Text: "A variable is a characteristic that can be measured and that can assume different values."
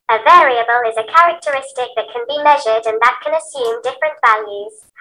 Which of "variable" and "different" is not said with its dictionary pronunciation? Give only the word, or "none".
none